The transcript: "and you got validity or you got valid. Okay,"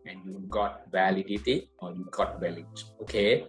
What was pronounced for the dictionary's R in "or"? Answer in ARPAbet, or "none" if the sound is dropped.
R